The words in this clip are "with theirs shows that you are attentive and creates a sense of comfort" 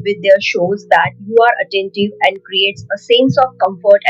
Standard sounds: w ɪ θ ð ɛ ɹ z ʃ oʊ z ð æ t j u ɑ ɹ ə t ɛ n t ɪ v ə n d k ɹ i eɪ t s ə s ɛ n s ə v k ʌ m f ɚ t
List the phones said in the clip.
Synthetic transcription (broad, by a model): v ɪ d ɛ ɹ ʃ oʊ z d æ t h u ɑ ɹ ə t ɛ n t ɪ v ə n d k ɹ i eɪ t s ə s ɛ n s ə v k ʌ m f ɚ t